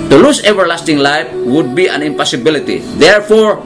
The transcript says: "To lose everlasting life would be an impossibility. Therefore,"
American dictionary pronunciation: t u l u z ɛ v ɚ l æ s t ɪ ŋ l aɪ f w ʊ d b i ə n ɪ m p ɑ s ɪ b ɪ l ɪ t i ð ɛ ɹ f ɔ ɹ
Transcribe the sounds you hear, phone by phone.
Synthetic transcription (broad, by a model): t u l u s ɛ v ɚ l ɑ s t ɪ ŋ l aɪ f w ʊ d b i ə n ɪ m p ɑ s ɪ b ɪ l ɪ t i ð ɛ ɹ f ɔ ɹ